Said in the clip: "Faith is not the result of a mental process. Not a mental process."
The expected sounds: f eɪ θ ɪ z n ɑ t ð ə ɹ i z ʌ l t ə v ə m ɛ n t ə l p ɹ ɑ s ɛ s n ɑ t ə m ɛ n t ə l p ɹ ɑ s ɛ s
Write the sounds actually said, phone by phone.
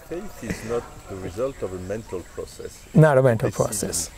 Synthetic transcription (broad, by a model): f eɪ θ ɪ z n ɑ t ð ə ɹ i z ʌ l t ə v ə m ɛ n t ə l p ɹ ɑ s ɛ s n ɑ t ə m ɛ n t ə l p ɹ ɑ s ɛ s